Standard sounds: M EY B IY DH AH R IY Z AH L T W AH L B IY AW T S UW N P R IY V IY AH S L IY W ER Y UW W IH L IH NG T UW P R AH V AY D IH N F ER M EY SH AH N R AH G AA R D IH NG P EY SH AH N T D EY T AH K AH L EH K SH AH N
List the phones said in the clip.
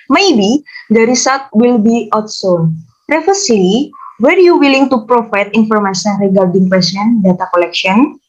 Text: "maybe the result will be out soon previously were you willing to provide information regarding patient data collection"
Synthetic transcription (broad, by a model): M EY B IY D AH R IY S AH T W AH L B IY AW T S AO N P R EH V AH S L IY W ER Y UW W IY L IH NG T UW P R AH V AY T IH N F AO M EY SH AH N R AH G AA R D IH NG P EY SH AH N D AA T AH K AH L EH K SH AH N